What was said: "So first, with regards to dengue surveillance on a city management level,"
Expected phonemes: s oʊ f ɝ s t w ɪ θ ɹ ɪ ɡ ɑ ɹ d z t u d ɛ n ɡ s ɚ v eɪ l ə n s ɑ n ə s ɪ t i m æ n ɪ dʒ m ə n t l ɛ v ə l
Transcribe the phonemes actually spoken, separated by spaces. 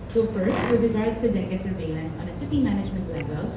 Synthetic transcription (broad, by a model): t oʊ p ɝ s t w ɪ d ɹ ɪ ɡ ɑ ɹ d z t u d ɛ ɡ s ɚ v eɪ l ə n s ɑ n ə s ɪ t i m æ n ɪ dʒ m ə n t l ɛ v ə l